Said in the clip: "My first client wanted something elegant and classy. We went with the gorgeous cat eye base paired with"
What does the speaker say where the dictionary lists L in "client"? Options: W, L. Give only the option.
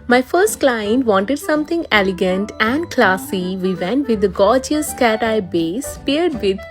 L